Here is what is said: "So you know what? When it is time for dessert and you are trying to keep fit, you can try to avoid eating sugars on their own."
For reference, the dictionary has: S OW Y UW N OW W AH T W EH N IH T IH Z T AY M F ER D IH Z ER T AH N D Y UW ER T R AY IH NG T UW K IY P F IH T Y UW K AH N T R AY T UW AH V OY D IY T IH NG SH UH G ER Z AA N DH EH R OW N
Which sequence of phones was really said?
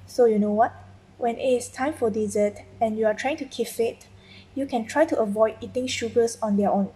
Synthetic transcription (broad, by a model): S OW Y UW N OW W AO T W EH N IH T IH S T AY M F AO D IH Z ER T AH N Y UW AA T R AY IH NG T UW K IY F IH T Y UW K AH N T R AY T UW AH V OY D IY T IH NG SH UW G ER S AA N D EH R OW N